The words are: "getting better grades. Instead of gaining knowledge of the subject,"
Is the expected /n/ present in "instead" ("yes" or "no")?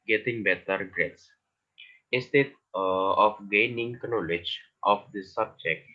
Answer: no